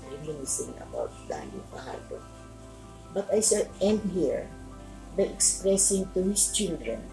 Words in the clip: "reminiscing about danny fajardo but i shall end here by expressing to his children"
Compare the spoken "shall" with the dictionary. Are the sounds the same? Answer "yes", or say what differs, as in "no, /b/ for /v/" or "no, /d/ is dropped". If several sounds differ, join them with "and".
no, /s/ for /ʃ/